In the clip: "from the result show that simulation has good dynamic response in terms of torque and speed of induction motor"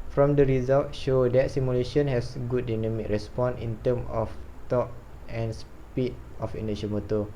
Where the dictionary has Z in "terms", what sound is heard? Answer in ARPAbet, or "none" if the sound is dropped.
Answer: none